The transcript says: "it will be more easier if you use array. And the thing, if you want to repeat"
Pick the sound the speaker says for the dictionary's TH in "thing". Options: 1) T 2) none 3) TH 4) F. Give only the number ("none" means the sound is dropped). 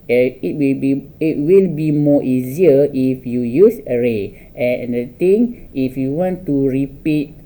1